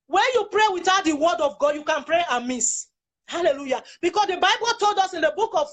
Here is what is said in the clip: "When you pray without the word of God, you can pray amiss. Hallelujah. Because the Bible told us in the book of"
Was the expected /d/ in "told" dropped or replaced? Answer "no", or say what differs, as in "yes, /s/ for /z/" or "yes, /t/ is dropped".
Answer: no